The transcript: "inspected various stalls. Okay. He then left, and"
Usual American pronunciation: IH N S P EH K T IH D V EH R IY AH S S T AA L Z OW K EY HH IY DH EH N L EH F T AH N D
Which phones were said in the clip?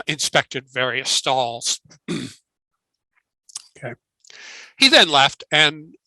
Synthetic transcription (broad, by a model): IH N S P EH K T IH D V EH R IY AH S S T AA L Z OW K EY HH IY DH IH N L EH F T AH N